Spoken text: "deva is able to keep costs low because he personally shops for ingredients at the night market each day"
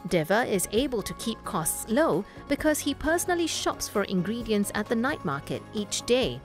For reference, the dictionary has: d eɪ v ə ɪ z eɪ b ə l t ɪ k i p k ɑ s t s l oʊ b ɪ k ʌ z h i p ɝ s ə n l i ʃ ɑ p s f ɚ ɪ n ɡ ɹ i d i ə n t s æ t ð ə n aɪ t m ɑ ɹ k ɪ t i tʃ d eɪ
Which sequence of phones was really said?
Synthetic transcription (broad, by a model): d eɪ v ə ɪ z eɪ b ə l t ɪ k i p k ɑ s t s l oʊ b ɪ k ʌ z h i p ɝ s ə n l i ʃ ɑ p s f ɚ ɪ n ɡ ɹ i d i ə n t s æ t ð ə n aɪ t m ɑ ɹ k ɪ t i tʃ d eɪ